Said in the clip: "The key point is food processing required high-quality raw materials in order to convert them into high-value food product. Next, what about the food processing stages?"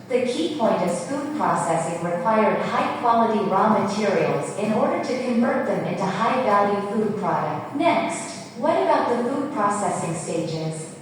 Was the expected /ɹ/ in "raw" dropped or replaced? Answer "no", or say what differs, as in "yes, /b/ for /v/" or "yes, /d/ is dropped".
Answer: no